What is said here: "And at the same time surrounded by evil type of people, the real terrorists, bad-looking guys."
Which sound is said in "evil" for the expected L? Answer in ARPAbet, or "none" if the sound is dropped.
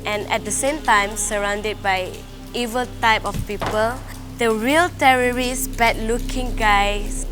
L